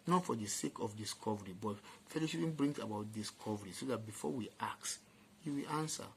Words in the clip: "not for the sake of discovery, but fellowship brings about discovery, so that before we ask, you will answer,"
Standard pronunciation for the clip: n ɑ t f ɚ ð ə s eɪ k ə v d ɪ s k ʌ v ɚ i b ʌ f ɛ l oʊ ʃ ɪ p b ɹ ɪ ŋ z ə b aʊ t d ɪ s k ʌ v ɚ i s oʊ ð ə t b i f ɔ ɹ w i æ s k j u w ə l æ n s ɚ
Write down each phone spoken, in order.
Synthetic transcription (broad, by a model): n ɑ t f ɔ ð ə s eɪ k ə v d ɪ s k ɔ v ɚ i b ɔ f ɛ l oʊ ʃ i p b ɹ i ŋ ə b aʊ t d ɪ s k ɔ v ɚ i s oʊ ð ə t b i f ɔ w i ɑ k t j u w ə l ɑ n s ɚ